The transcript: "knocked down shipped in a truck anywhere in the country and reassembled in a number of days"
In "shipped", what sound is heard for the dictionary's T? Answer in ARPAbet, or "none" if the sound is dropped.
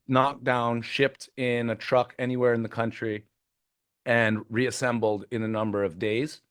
T